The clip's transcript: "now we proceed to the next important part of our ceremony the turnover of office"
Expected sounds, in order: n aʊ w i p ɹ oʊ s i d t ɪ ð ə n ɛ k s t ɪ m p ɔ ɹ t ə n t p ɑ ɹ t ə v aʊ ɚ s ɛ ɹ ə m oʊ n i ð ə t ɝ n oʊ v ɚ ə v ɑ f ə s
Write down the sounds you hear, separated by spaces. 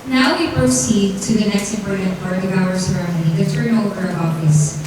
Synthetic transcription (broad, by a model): n aʊ w i p ɹ oʊ s i d t ɪ ð ə n ɛ k s t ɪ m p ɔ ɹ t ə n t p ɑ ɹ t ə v aʊ ɚ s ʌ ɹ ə ʊ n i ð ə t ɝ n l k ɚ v ɑ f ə s